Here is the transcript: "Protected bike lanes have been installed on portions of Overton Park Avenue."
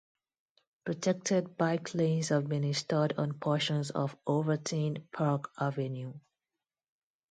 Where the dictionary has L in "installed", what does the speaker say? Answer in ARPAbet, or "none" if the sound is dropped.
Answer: none